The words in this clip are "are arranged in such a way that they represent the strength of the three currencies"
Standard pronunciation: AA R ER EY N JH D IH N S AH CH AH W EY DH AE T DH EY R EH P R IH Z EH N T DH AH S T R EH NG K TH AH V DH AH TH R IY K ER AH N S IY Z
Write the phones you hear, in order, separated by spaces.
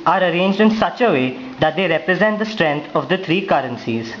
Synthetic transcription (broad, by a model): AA R ER EY N JH D IH N S AH CH AH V EY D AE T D EY R EH P R IH Z EH N T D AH S T R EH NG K T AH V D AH T R IY K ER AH N S IY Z